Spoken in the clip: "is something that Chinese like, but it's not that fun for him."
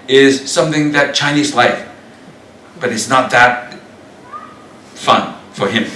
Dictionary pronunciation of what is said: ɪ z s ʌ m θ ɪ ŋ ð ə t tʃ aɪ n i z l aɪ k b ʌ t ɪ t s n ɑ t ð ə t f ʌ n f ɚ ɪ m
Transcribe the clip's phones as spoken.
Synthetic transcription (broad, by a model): ɪ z s ʌ m θ ɪ ŋ ð ə t tʃ aɪ n i z l aɪ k b ʌ t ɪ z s n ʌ t ð ə t f ʌ n f ɚ ɪ m